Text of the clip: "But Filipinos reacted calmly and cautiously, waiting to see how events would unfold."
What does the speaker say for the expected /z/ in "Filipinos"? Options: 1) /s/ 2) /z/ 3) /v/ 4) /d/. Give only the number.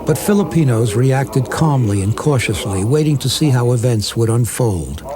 2